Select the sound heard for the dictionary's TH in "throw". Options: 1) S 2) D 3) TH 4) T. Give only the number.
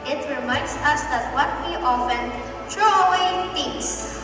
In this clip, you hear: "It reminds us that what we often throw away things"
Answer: 4